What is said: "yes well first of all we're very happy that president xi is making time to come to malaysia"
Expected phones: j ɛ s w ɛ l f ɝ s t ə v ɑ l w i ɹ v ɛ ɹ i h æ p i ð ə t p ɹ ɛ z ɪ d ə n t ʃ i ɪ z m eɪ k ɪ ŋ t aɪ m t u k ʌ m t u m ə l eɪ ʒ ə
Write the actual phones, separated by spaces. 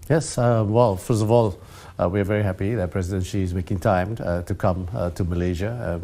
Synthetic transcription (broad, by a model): j ɛ s w ɛ l f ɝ s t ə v ɑ l w i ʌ v ɛ ɹ i h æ p i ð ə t p ɹ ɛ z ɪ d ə n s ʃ i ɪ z m eɪ k ɪ ŋ t aɪ m t u k ʌ m t u m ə l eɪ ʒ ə